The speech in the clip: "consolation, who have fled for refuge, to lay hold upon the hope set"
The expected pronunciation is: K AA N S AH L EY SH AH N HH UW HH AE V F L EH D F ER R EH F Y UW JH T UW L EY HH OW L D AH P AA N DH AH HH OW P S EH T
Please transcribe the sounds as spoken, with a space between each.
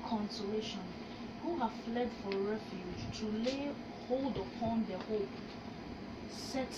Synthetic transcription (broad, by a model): K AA N S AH L EY SH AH N HH UW HH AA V F L EH D F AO R EH F Y UW JH T UW L EY HH OW L D AH P AA N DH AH HH OW P S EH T